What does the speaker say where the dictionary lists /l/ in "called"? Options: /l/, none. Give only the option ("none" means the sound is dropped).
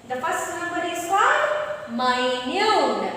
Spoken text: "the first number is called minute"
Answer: none